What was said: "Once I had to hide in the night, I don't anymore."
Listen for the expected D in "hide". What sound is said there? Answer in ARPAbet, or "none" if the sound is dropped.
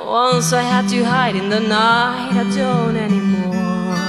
D